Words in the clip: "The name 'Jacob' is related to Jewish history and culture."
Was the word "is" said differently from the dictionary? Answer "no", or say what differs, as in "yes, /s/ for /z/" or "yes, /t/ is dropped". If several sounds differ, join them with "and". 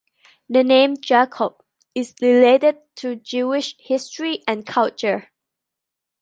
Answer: yes, /s/ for /z/